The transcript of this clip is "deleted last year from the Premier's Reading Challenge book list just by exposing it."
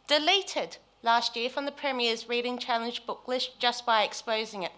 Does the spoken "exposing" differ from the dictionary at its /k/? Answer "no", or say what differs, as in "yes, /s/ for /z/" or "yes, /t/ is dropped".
no